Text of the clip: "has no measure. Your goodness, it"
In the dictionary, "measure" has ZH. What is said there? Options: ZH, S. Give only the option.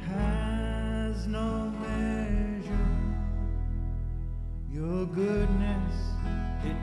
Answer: ZH